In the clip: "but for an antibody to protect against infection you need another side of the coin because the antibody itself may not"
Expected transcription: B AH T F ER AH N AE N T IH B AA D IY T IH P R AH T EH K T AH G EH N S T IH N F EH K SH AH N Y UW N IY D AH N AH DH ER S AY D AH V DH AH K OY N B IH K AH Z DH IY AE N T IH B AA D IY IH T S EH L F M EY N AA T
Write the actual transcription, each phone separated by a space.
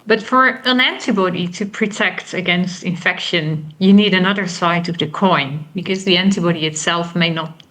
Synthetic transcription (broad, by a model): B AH T F ER AH N AE N T IH B AA D IY T IH P R AH T EH K T AH G EH N S T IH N F EH K SH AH N Y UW N IY D AH N AH DH ER S AY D AH V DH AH K OY N B IH K AH Z DH IY AE N T IH B AA D IY IH T S EH L F M EY N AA T